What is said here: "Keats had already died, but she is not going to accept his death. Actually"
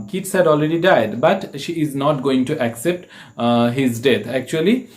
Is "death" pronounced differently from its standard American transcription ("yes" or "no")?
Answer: yes